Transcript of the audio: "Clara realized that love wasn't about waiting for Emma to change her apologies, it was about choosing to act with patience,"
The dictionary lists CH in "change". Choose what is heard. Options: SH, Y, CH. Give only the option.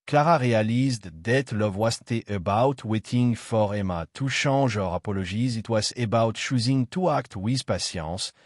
SH